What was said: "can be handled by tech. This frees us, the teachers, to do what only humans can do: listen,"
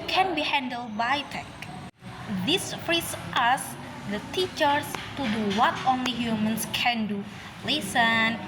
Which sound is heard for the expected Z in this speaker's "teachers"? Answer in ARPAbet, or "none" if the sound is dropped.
S